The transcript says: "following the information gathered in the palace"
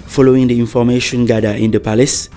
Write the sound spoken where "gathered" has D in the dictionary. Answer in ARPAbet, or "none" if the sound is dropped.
none